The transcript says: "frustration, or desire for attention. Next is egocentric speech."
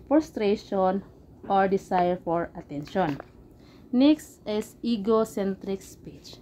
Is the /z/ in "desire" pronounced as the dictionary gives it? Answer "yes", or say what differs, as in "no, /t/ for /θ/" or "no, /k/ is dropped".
no, /s/ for /z/